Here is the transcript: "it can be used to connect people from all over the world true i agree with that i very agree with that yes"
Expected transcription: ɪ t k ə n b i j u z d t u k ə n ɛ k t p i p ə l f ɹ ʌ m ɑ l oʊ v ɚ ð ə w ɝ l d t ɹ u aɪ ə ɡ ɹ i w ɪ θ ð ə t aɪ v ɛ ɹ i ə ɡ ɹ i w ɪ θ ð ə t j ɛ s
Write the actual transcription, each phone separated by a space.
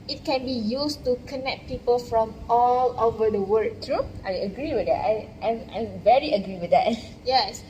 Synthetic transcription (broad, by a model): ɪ t k ə n b i j u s t u k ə n ɛ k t p i p ə l f ɹ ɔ m ɑ l oʊ v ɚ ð ə w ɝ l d t ɹ u aɪ ə ɡ ɹ i w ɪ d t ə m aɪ v ɛ ɹ i ə ɡ ɹ i w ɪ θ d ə t j ɛ s